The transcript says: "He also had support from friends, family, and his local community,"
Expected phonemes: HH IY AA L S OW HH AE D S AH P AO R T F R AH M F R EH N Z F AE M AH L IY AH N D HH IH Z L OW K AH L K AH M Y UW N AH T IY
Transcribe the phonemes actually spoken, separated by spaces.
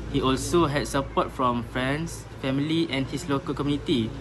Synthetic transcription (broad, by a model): HH IY AA L S OW HH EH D S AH P AO T F R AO M F R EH N S F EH M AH L IY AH N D HH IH S L OW K AH L K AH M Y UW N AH T IY